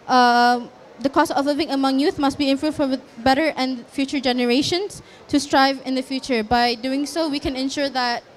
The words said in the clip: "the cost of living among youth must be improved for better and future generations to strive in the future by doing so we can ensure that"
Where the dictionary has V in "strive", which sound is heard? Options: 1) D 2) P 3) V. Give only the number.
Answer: 3